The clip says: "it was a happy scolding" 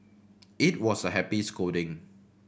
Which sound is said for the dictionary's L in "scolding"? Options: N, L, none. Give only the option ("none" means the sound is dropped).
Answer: none